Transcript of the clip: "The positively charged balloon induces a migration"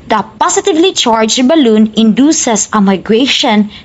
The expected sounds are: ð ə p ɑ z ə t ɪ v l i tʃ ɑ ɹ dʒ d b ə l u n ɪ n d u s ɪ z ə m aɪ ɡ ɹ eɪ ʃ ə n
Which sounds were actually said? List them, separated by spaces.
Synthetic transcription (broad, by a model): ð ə p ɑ s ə t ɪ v l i tʃ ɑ ɹ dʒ b ə l u n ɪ n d u s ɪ s ə m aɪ ɡ ɹ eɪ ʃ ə n